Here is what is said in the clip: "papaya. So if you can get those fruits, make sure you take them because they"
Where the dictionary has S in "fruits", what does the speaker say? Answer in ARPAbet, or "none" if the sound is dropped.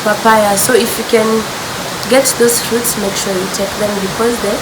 S